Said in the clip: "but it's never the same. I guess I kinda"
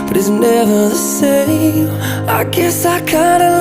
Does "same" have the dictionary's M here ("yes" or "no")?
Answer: no